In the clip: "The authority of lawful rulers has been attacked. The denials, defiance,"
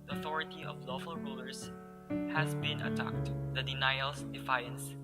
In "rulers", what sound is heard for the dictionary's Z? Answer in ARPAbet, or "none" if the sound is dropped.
S